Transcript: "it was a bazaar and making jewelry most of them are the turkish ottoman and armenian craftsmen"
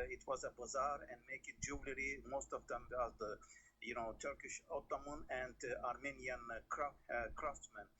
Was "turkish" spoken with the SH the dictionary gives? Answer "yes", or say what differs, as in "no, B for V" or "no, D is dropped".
yes